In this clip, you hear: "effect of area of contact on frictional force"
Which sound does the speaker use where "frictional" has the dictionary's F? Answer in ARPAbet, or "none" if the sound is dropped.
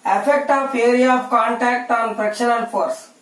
P